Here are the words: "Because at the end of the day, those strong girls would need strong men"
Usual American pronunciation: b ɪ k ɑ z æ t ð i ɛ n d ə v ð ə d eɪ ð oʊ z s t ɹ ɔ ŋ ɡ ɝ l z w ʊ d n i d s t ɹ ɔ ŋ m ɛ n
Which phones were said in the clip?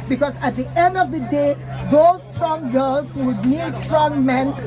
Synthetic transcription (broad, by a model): b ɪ k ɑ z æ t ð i ɛ n d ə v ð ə d eɪ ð oʊ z s t ɹ ɔ ŋ ɡ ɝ l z w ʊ d n i d s t ɹ ɔ ŋ m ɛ n